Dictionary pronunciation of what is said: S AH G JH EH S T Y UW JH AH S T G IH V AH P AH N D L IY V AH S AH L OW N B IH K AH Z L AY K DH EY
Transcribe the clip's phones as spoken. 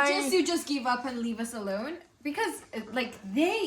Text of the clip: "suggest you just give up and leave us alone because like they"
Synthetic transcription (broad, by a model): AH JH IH JH AH S G IH V AH P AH N L IY V AH S AH L OW N B IH K AH Z L AY K DH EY